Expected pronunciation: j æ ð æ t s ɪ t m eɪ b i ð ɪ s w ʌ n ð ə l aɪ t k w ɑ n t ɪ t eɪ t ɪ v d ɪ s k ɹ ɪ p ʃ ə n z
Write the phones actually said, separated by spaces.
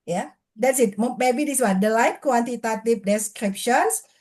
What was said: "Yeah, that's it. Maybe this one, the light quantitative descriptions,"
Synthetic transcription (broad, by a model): j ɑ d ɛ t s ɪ t m eɪ b i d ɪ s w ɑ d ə l aɪ t k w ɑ n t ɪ t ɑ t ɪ p d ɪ s k ɹ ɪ p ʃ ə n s